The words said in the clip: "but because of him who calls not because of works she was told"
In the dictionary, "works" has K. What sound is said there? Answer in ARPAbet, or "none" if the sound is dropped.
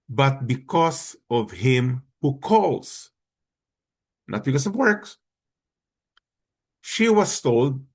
K